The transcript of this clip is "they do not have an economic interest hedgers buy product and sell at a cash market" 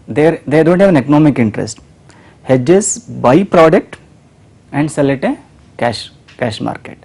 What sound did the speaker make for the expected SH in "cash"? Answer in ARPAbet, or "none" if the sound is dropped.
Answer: SH